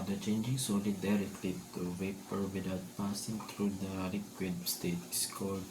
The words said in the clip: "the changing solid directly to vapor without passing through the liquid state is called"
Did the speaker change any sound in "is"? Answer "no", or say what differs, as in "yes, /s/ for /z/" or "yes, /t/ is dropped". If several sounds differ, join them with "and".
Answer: yes, /s/ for /z/